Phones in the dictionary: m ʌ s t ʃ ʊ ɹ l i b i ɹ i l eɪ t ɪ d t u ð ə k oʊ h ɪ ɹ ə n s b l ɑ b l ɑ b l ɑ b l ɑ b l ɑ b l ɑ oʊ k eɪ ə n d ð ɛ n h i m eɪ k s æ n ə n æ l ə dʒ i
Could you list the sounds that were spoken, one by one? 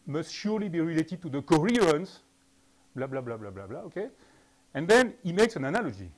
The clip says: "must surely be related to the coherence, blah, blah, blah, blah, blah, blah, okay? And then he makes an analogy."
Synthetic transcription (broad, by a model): m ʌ s t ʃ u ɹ l i b i ɹ i l eɪ t ɪ d t u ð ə k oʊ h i ɹ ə n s b l ɑ b l ɑ b l ɑ b l ɑ b l ɑ b l ɑ oʊ k eɪ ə n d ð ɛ n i m eɪ k s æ n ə n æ l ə dʒ i